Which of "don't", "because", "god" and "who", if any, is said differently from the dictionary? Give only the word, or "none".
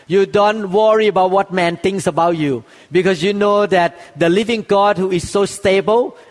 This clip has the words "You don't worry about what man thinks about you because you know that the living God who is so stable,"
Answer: because